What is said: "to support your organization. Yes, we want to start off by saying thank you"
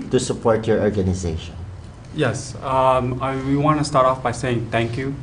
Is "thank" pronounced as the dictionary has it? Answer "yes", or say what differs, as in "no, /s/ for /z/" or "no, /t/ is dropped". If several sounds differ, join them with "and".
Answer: no, /t/ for /θ/